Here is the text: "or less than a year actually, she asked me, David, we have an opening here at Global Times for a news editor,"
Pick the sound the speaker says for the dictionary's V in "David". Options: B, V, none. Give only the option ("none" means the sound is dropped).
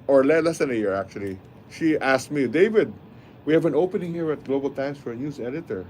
V